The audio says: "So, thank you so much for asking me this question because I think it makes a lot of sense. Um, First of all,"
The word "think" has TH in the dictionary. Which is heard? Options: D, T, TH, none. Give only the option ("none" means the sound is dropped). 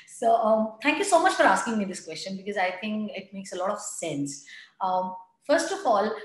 T